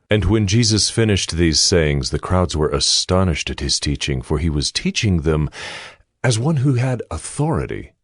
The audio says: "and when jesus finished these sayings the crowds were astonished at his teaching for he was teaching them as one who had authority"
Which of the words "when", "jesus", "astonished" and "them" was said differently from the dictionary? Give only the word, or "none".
none